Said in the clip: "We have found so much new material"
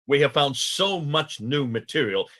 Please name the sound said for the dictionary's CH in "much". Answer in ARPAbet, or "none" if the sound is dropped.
CH